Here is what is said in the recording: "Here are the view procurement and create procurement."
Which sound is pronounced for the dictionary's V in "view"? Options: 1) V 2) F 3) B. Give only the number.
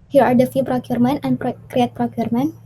2